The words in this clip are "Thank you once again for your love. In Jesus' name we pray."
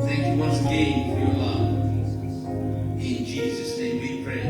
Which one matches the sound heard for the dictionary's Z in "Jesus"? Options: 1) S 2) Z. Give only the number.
2